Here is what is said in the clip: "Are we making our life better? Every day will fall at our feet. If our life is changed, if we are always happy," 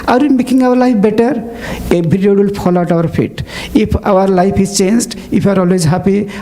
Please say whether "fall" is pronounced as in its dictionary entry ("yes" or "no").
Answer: no